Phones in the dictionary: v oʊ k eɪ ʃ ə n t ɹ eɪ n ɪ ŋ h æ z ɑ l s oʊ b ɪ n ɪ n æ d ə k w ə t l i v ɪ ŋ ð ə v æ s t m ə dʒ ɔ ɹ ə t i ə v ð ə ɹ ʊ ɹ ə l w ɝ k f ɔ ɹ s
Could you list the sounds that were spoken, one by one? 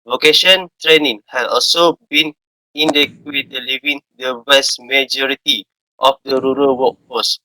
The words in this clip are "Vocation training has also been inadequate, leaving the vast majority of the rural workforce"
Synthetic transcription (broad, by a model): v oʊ k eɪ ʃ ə n t ɹ eɪ n ɪ ŋ h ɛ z ɑ l s oʊ b ɪ n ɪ n d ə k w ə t l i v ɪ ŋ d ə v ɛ s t m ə dʒ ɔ ɹ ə t i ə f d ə ɹ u ɹ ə l w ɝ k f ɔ s